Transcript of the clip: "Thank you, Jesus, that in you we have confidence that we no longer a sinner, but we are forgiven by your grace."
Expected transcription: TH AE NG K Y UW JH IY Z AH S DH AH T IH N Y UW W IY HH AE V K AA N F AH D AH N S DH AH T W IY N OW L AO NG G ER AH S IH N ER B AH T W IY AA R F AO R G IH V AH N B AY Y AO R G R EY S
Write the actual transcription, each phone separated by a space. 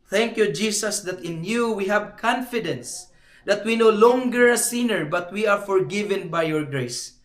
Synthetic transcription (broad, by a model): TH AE NG K Y UW JH IY S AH S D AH T IH N Y UW W IY HH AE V K AA N F AH D AH N S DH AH T W IY N OW L AO NG G ER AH S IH N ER B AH T W IY AA R F AO R G IH V AH N B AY Y AO R G R EY S